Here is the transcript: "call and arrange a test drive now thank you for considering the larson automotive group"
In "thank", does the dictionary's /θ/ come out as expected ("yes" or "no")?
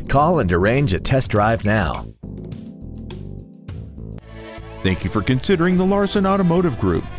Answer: yes